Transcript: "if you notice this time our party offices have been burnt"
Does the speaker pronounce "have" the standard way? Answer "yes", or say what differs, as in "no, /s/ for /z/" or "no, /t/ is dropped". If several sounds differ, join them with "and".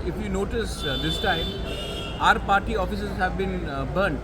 yes